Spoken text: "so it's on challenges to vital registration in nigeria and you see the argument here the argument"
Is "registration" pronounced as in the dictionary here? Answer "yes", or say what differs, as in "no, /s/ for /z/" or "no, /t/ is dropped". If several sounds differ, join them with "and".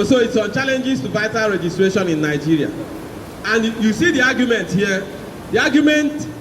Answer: yes